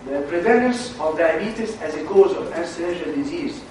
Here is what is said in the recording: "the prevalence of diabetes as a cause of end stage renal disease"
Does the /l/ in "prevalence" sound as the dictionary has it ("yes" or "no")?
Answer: no